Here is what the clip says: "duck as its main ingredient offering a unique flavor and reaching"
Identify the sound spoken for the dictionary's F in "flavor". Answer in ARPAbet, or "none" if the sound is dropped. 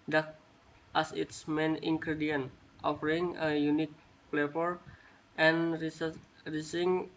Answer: P